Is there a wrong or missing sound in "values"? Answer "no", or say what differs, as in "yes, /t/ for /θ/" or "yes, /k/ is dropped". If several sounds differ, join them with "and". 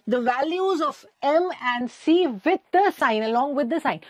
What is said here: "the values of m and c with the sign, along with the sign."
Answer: no